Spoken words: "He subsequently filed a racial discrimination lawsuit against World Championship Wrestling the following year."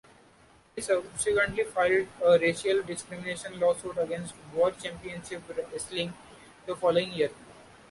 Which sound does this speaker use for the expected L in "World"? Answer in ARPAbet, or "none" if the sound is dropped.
none